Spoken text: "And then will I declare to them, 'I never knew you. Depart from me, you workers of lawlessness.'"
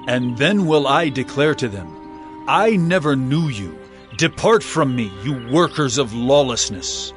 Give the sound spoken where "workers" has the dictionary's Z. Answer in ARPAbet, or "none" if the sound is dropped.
Z